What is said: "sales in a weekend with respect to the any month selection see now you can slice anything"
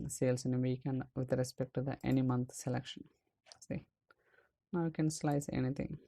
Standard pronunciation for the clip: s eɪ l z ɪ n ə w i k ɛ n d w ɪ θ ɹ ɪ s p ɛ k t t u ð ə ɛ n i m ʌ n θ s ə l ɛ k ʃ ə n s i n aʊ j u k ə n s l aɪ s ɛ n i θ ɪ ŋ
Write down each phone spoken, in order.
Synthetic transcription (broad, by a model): s eɪ l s ɪ n ə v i k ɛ n d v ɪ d ɹ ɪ s p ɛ k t t u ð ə ɛ n i m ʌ n t s ə l ɛ k ʃ ə n s i n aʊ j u k ə n s l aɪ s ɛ n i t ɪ ŋ